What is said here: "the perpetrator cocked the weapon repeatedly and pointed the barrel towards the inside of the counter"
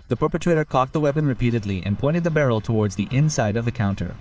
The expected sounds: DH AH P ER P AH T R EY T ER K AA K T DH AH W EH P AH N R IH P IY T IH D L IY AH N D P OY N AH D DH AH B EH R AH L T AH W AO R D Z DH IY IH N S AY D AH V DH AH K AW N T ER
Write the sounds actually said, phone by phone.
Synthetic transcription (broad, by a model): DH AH P ER P AH T R EY T ER K AA K T DH AH W EH P AH N R IH P IY T IH D L IY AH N P OY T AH D DH AH B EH R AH L T AH W AO R D Z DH IY IH N S AY D AH V DH AH K AW N T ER